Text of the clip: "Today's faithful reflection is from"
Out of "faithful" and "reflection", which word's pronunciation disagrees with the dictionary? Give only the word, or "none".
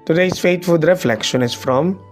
faithful